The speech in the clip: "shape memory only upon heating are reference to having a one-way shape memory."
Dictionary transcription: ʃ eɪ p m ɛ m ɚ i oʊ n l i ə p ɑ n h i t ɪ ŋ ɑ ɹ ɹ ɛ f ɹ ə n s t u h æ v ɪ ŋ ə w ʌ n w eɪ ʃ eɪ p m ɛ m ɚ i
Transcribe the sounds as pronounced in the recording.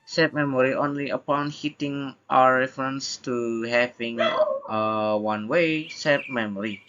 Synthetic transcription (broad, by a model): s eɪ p m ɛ m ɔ i oʊ n l i ə p ɑ n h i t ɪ ŋ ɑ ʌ ɹ ɛ f ɹ ə n s t u h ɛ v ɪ ŋ ə w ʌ n w eɪ s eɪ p m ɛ m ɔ i